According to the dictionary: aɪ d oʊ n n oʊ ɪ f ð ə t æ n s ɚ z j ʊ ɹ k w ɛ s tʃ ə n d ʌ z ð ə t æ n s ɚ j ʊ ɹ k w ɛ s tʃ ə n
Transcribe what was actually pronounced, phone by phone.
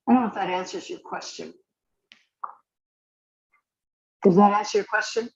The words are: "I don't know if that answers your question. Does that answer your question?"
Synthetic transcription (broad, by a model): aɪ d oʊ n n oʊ ɪ f ð ə t æ n s ɚ z j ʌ ɹ k w ɛ s tʃ ə n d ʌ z ð ə t æ n s ɚ j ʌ ɹ k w ɛ s tʃ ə n